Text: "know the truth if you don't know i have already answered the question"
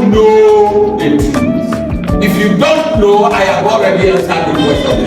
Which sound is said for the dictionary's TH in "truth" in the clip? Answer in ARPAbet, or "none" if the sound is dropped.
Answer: S